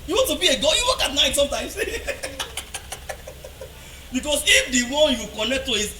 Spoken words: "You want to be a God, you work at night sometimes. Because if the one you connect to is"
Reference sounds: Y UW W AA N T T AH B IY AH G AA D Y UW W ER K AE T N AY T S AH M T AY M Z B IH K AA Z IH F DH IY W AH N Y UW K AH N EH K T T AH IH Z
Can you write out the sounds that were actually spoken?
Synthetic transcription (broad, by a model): Y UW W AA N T T AH B IY AH G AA Y UW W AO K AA T N AY T S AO M T AY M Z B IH K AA S IH F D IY W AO N Y UW K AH N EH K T T AH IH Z